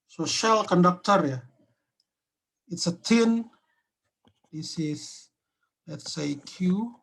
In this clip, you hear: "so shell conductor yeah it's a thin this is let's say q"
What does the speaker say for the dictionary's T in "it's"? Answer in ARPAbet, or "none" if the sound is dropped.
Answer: T